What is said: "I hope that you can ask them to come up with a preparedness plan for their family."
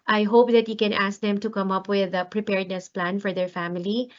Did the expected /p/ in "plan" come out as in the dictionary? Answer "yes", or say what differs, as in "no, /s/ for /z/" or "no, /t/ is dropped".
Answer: yes